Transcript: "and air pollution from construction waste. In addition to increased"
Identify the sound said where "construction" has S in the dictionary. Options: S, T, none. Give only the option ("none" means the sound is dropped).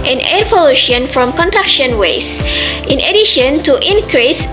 none